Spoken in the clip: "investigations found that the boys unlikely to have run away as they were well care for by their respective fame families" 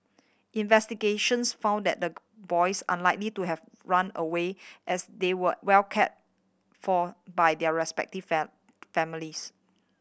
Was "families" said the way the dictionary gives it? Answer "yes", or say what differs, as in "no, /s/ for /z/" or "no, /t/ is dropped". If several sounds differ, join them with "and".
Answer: no, /m/ is dropped and /s/ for /z/